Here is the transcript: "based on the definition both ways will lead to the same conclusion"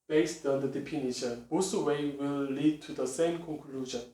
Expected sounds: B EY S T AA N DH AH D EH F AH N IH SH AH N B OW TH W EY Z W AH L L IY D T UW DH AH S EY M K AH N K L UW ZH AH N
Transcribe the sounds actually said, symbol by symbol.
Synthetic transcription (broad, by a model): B EY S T AA N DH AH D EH P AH N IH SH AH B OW S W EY W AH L L IY D T UW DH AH S EY M K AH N K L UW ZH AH N